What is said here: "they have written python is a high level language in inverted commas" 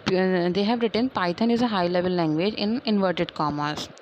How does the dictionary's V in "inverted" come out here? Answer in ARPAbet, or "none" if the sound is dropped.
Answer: V